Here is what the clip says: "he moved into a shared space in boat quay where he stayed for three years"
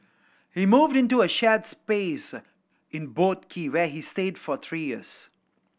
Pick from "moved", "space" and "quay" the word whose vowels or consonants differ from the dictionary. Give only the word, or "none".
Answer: none